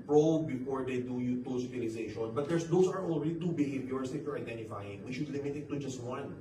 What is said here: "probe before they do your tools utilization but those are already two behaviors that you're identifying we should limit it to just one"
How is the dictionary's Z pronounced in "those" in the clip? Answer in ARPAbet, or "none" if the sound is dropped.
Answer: S